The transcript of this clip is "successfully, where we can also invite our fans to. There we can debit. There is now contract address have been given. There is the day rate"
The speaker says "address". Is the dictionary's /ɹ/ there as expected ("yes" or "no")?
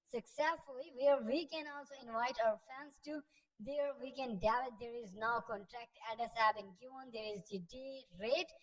no